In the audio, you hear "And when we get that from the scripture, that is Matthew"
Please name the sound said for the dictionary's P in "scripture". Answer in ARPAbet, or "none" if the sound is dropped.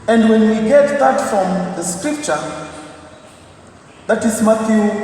P